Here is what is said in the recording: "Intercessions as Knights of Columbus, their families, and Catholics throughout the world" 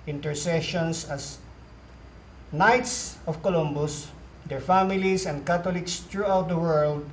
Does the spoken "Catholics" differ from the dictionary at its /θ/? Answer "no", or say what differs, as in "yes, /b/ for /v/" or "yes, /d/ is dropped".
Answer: yes, /t/ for /θ/